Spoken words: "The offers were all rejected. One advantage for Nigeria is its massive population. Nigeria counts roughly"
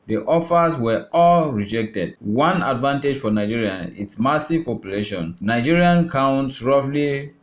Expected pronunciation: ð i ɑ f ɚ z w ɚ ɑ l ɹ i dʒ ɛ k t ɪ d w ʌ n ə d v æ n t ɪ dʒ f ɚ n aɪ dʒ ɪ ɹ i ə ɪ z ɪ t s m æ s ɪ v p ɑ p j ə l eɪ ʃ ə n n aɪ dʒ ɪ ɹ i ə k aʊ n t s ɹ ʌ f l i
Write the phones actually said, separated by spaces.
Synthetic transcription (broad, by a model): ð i ɑ f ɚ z w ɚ ɑ l ɹ i dʒ ɛ k t ɪ d w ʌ n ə d v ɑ n t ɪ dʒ f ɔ n aɪ dʒ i ɹ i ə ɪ t s m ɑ s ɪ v p ɑ p j ə l eɪ ʃ ə n n aɪ dʒ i ɹ i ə k aʊ n t s ɹ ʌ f l i